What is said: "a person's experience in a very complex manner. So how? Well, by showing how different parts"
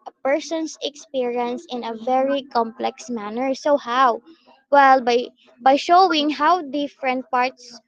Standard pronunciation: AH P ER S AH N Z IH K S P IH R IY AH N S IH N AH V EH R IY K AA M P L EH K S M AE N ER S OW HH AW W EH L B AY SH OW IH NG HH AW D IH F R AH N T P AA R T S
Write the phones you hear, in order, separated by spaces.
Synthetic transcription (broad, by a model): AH P ER S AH N S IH K S P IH R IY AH N S IH N AH V EH R IY K AA M P L EH K S M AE N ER S OW HH AW W EH L B AY SH OW IH NG HH AW D IH F R AH N T P AA R T S